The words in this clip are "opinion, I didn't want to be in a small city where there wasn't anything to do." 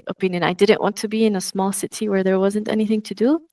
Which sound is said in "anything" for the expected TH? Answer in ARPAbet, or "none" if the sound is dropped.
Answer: TH